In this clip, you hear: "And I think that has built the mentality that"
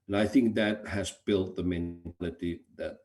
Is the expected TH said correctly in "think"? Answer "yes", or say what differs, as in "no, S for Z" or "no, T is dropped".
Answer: yes